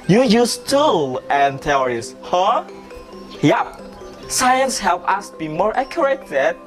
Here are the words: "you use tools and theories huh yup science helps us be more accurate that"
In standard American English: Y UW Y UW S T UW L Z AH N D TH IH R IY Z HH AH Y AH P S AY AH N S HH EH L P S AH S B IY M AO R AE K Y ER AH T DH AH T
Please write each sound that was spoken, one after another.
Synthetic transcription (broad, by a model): Y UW Y UW S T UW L AH N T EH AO R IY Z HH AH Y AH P S AY AH N S HH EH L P AH S B IY M AO R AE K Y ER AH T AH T